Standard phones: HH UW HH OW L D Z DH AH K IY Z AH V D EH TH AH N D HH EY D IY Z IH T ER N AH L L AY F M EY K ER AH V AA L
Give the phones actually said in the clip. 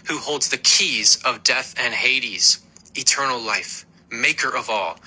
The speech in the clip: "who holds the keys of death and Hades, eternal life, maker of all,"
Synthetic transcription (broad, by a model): HH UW HH OW L D Z DH AH K IY Z AH V D EH TH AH N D HH EY D IY Z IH T ER N L L AY F M EY K ER AH V AA L